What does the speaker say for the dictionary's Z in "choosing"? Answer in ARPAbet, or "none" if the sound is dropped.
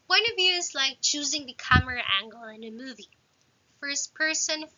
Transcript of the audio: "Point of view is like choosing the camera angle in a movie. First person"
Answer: Z